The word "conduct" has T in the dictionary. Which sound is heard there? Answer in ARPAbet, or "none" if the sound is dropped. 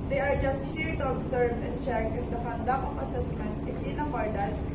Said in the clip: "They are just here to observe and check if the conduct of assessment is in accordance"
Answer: none